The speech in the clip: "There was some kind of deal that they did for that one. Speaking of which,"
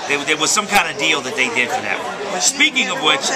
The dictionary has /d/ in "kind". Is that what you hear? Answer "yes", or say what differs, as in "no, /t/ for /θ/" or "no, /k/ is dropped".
yes